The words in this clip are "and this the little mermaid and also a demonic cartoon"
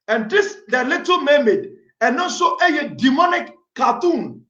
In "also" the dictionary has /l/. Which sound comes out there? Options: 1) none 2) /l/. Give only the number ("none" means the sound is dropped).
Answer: 1